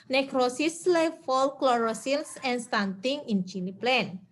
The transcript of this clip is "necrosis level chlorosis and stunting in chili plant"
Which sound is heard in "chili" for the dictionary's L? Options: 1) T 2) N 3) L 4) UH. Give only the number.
2